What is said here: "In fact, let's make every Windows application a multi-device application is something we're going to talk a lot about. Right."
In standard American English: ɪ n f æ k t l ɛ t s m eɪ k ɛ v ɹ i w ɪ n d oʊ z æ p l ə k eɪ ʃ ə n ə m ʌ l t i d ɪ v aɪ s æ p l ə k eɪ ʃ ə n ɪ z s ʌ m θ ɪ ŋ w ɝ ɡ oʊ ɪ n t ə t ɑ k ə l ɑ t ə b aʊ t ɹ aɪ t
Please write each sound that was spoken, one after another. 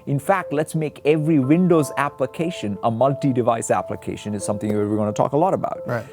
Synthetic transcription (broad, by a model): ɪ n f æ k t l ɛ t s m eɪ k ɛ v ɹ i w ɪ n d oʊ z æ p l ə k eɪ ʃ ə n ə m ʌ l t i d ɪ v aɪ s æ p l ə k eɪ ʃ ə n ɪ z s ʌ m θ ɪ ŋ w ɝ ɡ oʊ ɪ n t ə t ɑ k ə l ɑ t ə b aʊ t t